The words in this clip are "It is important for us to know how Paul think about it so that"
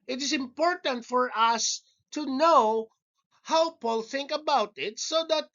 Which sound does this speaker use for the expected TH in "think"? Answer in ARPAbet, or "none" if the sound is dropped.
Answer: TH